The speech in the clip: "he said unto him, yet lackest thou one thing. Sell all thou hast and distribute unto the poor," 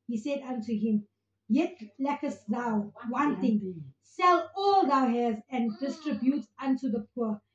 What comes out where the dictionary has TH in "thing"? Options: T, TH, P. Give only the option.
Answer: T